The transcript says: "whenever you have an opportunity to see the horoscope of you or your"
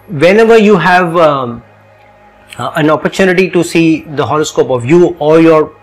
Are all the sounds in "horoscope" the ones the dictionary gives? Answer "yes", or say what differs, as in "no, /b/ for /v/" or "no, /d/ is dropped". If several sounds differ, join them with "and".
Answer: no, /l/ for /ɹ/